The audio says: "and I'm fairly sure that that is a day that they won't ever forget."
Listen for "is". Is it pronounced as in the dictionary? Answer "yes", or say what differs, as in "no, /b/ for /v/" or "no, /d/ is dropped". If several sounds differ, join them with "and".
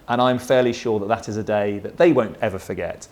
yes